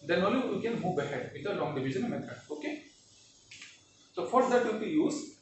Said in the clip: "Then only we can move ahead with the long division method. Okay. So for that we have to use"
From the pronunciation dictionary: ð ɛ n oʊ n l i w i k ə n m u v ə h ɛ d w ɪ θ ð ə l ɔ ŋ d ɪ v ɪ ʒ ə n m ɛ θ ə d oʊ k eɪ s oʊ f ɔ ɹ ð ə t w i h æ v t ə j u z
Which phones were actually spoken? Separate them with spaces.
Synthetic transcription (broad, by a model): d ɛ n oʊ l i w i k ə n m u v ə h ɛ d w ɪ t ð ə l ɔ ŋ d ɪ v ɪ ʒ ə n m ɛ t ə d oʊ k eɪ s oʊ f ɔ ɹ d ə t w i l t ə j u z